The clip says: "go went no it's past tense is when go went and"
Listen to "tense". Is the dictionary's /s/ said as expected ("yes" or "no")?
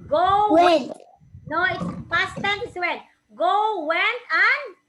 no